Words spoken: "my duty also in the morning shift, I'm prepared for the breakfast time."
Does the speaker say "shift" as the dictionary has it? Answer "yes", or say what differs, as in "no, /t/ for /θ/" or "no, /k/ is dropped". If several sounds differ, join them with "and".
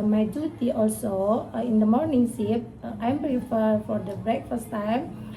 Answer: no, /s/ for /ʃ/ and /p/ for /f/